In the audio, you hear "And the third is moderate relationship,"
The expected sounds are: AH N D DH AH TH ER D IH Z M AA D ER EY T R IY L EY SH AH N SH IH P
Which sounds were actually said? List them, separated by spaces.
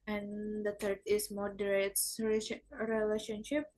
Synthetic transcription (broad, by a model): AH N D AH T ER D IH S M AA D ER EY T R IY L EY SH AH N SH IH P